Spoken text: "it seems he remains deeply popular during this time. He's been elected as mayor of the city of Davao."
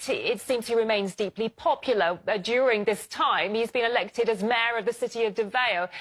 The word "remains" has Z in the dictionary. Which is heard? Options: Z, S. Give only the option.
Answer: Z